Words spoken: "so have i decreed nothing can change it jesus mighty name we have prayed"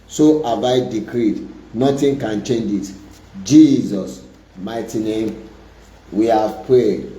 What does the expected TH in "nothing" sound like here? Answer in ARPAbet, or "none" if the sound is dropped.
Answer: T